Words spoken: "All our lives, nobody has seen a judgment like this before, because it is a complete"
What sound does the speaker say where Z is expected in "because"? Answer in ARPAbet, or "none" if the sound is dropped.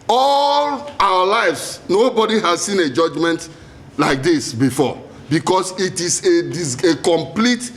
S